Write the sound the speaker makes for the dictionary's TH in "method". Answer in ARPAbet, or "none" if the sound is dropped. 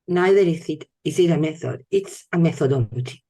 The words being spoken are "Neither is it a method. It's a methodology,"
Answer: TH